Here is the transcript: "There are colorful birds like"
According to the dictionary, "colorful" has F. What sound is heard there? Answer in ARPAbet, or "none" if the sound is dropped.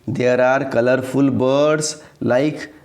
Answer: P